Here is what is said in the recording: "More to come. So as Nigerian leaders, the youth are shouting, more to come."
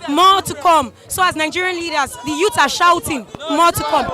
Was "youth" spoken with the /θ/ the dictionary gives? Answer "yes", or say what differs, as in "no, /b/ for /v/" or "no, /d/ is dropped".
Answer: no, /s/ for /θ/